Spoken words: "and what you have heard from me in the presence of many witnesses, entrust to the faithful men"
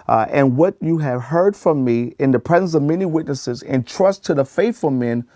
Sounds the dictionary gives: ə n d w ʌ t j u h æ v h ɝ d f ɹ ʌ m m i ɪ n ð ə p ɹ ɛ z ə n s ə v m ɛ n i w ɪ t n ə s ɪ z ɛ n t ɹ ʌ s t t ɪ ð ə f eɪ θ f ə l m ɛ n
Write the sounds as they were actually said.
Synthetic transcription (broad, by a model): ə n w ʌ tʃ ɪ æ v h ɝ d f ɹ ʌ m m i ɪ n ð ə p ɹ ɛ z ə n s ə v m ɛ n i w ɪ t n ə s ɪ z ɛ n t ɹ ʌ s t t ɪ ð ə f eɪ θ f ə l m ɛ n